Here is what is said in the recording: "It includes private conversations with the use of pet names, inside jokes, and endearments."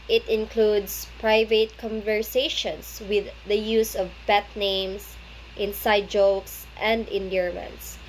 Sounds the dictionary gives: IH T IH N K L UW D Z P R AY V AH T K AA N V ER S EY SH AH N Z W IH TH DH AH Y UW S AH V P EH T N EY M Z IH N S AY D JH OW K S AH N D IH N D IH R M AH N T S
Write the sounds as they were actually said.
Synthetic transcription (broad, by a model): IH T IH N K L UW D S P R AY V AH T K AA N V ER S EY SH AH N S W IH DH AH Y UW S AH V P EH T N EY M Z IH N S AY D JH OW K S AH N D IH N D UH R M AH N T S